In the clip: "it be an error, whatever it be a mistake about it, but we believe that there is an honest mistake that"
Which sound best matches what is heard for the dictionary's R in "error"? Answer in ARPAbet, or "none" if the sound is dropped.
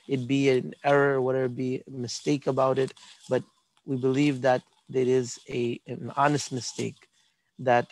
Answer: R